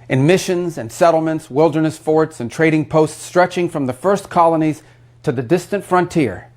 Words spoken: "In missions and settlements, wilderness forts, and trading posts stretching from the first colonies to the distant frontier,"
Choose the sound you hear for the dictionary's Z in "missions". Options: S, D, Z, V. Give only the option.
Z